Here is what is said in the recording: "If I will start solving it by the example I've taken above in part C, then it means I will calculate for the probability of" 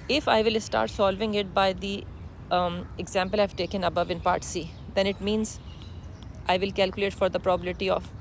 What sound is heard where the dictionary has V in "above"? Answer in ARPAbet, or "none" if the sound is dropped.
V